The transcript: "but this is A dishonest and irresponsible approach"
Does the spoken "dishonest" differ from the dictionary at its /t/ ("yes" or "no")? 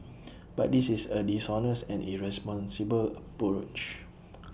yes